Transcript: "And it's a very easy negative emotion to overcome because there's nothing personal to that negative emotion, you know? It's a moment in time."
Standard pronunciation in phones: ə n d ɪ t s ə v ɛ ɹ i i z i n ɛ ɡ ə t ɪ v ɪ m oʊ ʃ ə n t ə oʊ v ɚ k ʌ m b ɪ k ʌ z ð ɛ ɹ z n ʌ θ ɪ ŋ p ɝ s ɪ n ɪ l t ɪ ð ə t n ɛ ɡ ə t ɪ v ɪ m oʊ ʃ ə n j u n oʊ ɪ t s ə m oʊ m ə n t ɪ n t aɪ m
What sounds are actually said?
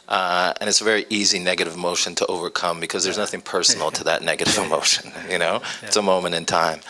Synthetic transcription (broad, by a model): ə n ɪ t s ə v ɛ ɹ i i z i n ɛ ɡ ə t ɪ v m oʊ ʃ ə n t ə oʊ v ɚ k ʌ m b ɪ k ʌ z ð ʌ ɹ z n ʌ θ ɪ ŋ p ɝ s n l t ɪ ð ə t n ɛ ɡ ə t ɪ v ɪ m oʊ ʃ ə n j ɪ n oʊ ɪ t s ə m oʊ m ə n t ɪ n t aɪ m